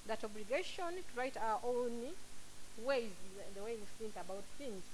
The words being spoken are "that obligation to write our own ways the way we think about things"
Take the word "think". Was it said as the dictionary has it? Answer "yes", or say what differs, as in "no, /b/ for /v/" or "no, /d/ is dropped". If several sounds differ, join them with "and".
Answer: no, /s/ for /θ/